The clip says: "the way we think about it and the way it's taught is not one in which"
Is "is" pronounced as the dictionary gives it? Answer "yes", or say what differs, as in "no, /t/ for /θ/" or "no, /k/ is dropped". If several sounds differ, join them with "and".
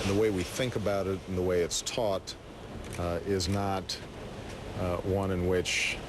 yes